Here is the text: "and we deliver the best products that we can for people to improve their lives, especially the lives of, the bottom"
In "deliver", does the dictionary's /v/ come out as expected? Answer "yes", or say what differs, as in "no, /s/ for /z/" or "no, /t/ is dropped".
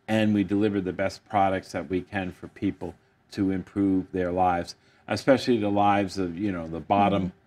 yes